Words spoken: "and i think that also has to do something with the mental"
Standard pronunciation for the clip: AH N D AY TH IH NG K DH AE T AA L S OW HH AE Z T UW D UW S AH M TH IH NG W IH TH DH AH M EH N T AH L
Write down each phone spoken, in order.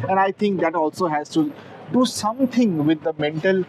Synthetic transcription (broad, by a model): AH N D AY T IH NG K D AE T AA L S OW HH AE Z T UW D UW S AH M T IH NG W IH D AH M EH N T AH L